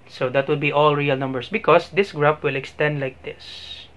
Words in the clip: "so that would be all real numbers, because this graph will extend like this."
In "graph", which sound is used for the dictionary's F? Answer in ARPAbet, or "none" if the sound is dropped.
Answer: P